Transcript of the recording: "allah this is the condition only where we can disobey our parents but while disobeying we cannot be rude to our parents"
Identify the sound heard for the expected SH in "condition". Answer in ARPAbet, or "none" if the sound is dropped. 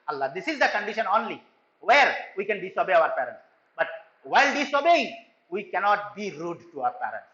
SH